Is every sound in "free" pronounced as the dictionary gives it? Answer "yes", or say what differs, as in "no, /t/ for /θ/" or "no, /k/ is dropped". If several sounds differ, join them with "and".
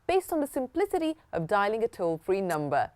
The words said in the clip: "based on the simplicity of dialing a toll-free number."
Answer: yes